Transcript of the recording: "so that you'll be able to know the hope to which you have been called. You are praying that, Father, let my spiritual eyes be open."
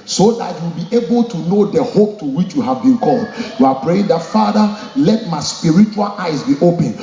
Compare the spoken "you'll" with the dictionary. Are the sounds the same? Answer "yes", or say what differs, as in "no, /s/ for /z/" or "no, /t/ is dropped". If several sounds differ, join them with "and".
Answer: no, /w/ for /l/